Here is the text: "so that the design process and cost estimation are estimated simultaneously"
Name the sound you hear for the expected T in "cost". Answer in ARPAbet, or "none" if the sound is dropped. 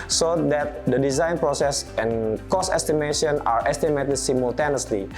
none